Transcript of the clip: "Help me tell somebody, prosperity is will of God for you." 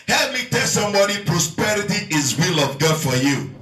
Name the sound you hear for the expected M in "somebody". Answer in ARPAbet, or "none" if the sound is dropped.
M